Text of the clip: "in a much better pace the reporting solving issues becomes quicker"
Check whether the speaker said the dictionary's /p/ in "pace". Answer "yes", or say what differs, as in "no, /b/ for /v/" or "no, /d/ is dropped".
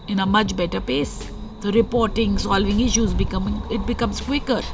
yes